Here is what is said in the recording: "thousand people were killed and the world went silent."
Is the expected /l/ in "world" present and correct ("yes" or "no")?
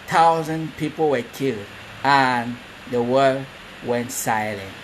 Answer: no